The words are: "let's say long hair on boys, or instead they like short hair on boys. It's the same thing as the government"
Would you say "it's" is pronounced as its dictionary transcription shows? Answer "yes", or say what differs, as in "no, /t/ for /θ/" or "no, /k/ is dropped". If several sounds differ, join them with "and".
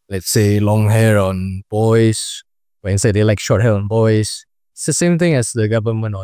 no, /s/ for /t/